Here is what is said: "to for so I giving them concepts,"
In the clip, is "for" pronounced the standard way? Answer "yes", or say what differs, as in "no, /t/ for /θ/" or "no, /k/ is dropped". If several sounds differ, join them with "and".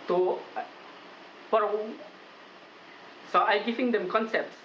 no, /p/ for /f/